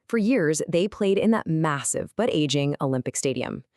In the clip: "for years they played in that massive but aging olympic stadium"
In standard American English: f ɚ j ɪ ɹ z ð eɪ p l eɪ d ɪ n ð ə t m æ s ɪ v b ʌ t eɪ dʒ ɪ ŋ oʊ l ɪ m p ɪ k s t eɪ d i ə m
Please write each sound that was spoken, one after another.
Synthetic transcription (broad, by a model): f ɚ j ɪ ɹ z ð eɪ p l eɪ d ɪ n ð ə t m æ s ɪ v b ʌ t eɪ dʒ ɪ ŋ oʊ l ɪ m p ɪ k s t eɪ d i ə m